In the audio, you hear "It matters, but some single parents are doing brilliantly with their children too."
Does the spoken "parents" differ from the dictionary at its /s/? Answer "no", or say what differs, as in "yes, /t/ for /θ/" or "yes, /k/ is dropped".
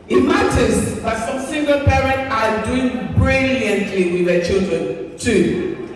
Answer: yes, /s/ is dropped